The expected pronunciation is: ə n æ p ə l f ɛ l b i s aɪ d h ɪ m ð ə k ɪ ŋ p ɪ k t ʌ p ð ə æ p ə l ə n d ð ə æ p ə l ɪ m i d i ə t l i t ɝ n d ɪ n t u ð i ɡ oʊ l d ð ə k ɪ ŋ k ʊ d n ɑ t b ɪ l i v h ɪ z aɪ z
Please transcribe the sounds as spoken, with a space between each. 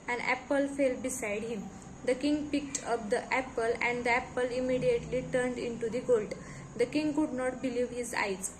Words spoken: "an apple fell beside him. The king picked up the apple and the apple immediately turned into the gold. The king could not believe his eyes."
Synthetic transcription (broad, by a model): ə n æ p ə l f ɛ l b i s aɪ d h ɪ m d ə k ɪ ŋ p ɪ k t ʌ p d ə æ p ə l ə n d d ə æ p ə l ɪ m i d i ə t l i t ɝ n d ɪ n t u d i ɡ oʊ l d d ə k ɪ ŋ k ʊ d n ɑ t b ɪ l i v h ɪ z aɪ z